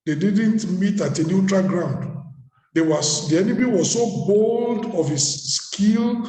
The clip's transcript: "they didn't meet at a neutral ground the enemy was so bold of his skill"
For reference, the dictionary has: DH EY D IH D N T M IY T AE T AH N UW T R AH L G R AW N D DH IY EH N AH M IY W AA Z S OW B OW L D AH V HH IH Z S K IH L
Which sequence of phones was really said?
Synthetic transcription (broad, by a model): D EY D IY D N T M IY T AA T AH N UW T R AH L G R AW N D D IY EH N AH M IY W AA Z S OW B OW L D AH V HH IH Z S K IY L